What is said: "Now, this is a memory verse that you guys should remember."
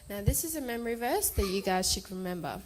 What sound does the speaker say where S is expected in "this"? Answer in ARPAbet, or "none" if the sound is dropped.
S